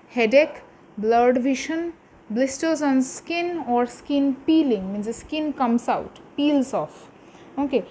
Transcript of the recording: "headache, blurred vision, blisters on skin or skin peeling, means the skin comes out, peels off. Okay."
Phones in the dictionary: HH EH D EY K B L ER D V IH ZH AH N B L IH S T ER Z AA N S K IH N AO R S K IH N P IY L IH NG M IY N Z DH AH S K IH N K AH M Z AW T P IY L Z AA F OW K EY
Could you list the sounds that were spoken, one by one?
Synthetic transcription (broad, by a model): HH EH D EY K B L ER D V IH SH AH N B L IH S T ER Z AA N S K IH N AO R S K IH N P IY L IH NG M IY N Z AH S K IH N K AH M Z AW T P IY L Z AA F OW K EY